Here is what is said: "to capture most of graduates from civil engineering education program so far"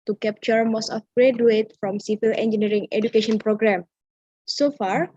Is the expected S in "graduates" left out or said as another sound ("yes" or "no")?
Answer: yes